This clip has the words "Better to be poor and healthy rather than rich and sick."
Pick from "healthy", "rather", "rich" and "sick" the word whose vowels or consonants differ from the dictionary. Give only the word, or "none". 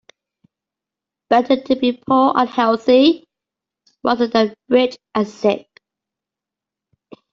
rather